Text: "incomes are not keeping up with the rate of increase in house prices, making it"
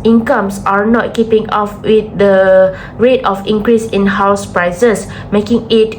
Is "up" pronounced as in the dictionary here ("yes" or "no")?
no